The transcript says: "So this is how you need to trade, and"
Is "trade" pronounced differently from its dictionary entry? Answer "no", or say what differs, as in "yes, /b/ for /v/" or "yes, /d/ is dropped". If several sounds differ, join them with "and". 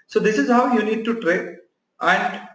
yes, /d/ is dropped